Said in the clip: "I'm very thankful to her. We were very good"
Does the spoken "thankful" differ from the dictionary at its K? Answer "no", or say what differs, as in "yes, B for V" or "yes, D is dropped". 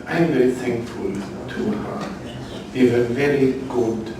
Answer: no